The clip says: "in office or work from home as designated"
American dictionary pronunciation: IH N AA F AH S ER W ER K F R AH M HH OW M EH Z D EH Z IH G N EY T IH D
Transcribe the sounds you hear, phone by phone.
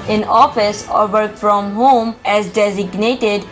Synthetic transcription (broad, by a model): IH N AA F AH S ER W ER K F R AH M HH OW M EH Z D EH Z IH G N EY T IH D